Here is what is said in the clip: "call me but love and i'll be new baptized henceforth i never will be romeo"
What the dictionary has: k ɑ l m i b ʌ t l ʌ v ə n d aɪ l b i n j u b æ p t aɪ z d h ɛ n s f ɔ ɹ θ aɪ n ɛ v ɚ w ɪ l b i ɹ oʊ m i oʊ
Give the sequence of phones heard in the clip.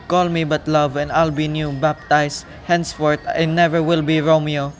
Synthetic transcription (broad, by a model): k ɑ l m i b ʌ t l ʌ v ə n d aɪ l b i n j u b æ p t aɪ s h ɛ n s f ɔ ɹ t aɪ n ɛ v ɚ w ɪ l b i ɹ oʊ m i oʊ